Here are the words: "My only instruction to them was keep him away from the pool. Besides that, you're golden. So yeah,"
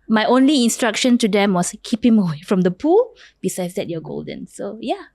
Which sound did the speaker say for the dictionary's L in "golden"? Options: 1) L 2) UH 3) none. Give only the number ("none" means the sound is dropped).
1